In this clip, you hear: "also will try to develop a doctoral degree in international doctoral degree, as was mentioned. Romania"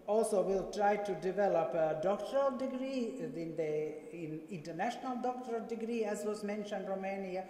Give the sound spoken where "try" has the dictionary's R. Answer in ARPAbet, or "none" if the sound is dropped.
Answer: R